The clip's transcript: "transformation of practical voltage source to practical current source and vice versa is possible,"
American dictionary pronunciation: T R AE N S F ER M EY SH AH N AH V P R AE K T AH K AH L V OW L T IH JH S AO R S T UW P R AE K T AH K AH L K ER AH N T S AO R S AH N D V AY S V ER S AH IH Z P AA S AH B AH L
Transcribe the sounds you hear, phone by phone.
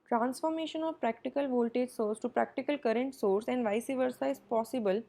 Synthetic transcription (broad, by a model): T R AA N S F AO M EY SH AH N AH V P R AE K T AH K AH L V OW L T IH JH S AO R S T UW P R AE K T AH K AH L K ER AH N T S AO R S AH N D V AY S V ER S AH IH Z P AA S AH B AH L